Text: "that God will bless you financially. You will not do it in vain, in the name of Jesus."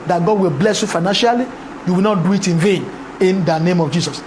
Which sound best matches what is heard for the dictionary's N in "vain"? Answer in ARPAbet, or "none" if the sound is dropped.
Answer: N